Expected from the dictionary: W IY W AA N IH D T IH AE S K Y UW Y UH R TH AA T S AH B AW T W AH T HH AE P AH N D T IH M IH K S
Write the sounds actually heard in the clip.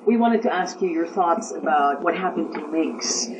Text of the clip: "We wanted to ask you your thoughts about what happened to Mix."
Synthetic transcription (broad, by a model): W IY W AA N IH D T IH AE S K Y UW Y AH R TH AA T S AH B AW T W AH T HH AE P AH N T IH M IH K S